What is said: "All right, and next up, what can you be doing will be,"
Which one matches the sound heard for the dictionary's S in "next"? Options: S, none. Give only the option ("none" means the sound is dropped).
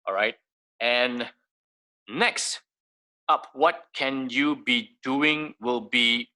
S